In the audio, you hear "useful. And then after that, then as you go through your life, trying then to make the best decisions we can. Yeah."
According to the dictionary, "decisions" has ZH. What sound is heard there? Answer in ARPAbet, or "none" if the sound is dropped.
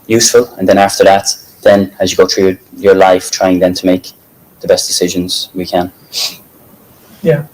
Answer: ZH